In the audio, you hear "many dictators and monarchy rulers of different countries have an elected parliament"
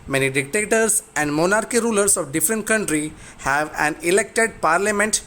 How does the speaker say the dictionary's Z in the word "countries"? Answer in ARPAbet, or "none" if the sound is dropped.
none